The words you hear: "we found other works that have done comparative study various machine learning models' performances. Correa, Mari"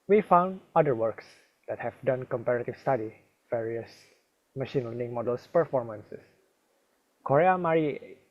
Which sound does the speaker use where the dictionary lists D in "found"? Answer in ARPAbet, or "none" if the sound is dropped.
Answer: D